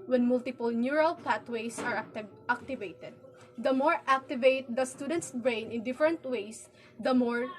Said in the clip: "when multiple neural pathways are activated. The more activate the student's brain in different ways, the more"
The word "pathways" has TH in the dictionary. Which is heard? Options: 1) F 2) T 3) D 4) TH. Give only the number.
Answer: 2